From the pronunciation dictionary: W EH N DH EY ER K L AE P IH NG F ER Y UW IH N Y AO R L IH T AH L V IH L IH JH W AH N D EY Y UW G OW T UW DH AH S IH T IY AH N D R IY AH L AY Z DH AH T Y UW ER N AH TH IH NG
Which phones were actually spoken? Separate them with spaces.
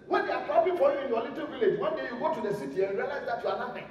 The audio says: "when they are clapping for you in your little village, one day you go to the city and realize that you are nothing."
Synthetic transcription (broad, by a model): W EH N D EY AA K AO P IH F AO Y UW IH N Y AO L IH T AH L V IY L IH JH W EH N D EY Y UW G OW T UW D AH S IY T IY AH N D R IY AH L AY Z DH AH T Y UW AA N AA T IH